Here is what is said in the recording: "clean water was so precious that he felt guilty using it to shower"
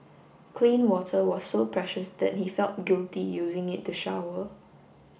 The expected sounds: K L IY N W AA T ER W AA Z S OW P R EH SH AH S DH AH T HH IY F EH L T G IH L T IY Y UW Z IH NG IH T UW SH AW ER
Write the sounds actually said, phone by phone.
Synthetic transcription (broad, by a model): K L IY N W AA T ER W AA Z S OW P R EH SH AH S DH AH T HH IY F EH L T G IH L T IY Y UW Z IH NG IH T UW SH AW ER